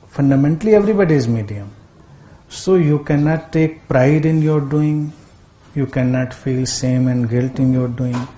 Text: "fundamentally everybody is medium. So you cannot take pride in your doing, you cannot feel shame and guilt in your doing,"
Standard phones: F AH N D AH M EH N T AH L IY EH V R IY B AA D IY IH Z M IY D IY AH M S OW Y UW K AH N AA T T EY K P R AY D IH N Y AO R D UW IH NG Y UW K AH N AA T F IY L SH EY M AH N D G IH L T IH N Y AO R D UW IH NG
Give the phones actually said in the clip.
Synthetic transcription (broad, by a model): F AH N D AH M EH N T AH L IY EH V R IY B AA D IY IH Z M IY D IY AH M S OW Y UW K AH N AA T T EY K P R AY D IH N Y AO R D UW IH NG Y UW K AH N AA T F IY L S EY M AH N D G IH L T IH N Y AO R D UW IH NG